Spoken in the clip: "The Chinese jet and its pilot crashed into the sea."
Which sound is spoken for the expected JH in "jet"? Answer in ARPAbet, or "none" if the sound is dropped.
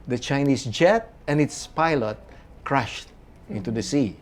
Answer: JH